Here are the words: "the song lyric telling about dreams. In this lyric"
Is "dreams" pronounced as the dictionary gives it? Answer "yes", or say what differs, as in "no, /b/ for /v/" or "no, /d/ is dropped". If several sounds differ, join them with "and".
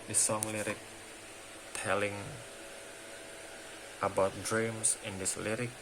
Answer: no, /s/ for /z/